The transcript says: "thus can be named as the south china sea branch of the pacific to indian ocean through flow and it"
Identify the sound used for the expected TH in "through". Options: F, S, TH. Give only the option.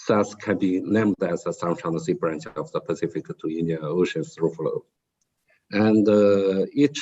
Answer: S